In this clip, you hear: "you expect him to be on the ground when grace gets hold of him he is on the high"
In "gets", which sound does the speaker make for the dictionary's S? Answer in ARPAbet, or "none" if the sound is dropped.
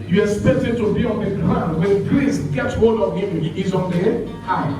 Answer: none